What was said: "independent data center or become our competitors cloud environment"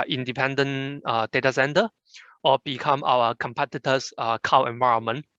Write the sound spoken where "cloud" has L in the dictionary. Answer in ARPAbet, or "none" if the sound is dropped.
none